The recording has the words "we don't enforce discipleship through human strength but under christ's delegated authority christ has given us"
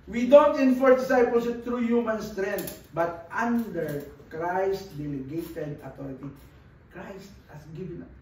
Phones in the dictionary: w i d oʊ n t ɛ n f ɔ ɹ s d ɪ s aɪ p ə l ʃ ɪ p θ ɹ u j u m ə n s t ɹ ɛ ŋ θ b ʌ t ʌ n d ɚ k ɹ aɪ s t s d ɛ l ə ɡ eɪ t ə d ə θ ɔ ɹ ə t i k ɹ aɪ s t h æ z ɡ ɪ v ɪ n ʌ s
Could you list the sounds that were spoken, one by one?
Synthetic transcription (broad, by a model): w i d oʊ n t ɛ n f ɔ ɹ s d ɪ s aɪ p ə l s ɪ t ɹ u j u m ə n s t ɹ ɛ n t b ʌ t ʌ n d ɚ k ɹ aɪ s t d ɛ l ə ɡ eɪ t ə d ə t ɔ ɹ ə t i k ɹ aɪ s t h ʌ s ɡ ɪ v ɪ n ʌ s